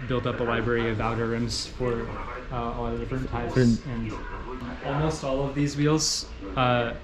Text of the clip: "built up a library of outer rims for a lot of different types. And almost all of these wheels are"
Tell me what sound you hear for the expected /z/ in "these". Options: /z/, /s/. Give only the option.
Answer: /z/